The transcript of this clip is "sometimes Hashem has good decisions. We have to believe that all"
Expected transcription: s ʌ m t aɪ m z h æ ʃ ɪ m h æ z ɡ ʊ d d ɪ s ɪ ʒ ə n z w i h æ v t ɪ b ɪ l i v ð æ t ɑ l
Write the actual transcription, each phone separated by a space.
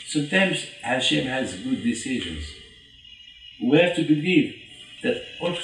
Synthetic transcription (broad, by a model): s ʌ m t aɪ m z h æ ʃ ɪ m h æ z ɡ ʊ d d ɪ s ɪ ʒ ə n z w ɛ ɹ t ɪ b ɪ l i v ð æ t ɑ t